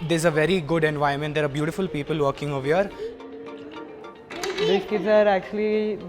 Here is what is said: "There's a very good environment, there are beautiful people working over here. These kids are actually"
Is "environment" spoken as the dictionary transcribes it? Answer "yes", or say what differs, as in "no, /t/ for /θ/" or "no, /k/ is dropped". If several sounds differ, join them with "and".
no, /ɹ/ is dropped